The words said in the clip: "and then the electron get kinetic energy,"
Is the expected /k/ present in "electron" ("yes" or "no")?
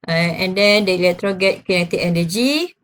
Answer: no